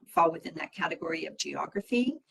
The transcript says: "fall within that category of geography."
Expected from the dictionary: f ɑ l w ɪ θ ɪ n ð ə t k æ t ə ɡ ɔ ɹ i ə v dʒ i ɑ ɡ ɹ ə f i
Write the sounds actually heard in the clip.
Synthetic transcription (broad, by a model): f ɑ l w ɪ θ ɪ n ð ə t k æ t ə ɡ ɔ ɹ i ə v dʒ i ɑ ɡ ɹ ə f i